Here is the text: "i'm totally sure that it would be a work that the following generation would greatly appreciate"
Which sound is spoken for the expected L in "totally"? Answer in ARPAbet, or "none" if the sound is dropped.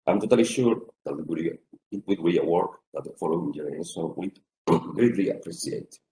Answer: L